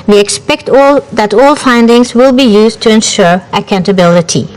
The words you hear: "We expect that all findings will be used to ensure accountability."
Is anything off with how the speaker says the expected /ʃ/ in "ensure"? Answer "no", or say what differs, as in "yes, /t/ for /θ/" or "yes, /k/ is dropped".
no